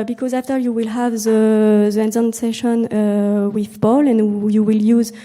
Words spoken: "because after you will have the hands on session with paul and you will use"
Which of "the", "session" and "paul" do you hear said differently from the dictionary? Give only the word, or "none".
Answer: paul